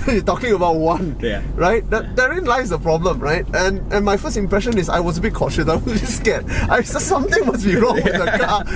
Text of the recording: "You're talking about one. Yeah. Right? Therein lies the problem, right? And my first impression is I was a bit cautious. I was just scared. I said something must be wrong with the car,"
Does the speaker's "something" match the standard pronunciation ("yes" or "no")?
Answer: no